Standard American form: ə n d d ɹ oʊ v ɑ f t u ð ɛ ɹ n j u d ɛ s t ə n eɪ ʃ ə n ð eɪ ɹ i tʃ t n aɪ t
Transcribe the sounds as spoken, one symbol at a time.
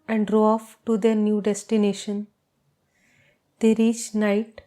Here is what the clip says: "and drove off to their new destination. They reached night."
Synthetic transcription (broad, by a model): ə n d d ɹ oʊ ɑ f t u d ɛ ɹ n j u d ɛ s t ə n eɪ ʃ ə n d eɪ ɹ i tʃ n aɪ t